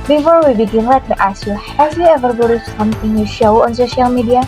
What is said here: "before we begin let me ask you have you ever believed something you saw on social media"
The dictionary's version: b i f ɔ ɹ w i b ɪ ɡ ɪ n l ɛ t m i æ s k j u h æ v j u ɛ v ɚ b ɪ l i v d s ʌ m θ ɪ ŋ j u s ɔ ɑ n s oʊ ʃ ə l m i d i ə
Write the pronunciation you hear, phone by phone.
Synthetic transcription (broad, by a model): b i f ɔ ɹ w i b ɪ ɡ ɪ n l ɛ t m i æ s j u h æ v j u ɛ v ɚ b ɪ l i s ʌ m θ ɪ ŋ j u ʃ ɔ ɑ n s oʊ ʃ ə l m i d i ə